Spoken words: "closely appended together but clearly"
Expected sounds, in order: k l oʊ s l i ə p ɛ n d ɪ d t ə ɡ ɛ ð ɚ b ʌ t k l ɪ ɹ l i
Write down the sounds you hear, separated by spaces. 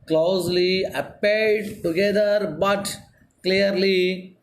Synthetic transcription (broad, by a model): k l oʊ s l i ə p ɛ d d t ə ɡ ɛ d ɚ b ʌ t k l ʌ ɹ l i